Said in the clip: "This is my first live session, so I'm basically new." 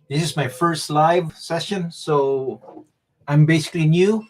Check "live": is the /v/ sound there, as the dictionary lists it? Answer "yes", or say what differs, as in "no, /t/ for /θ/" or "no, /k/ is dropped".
yes